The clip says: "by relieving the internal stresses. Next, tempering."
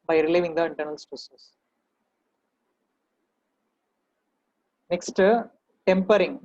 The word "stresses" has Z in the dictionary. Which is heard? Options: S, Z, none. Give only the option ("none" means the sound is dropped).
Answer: S